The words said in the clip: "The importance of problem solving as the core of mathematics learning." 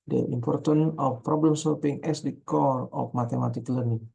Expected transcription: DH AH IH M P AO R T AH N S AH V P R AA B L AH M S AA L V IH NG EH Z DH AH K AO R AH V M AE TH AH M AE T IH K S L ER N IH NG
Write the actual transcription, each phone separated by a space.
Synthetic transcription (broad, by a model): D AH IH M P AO R T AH N AH F P R AA B L AH M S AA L P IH NG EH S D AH K AO R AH F M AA T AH M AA T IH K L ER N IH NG